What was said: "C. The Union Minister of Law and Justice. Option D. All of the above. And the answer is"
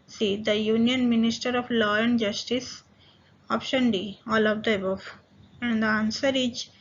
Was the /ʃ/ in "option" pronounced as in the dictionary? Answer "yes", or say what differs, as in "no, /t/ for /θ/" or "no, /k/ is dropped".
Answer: yes